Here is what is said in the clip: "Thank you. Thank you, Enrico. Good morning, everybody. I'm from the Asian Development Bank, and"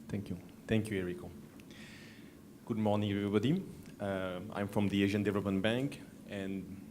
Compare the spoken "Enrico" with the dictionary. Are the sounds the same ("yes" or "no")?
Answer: no